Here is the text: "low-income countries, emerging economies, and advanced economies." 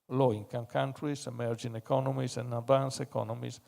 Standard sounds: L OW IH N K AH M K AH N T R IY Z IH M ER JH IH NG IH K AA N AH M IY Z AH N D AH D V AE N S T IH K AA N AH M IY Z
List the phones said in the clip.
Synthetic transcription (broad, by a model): L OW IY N K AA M K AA N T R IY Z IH M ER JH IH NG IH K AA N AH M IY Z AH N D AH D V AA N S IH K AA N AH M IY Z